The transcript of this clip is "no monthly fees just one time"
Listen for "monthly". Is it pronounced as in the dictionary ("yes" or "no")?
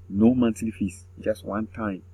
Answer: no